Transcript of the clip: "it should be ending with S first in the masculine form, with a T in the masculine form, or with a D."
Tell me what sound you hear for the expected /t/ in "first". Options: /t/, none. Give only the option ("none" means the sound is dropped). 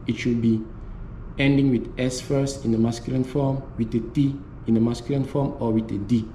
none